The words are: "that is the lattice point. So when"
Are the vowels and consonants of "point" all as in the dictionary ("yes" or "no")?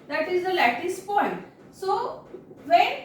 yes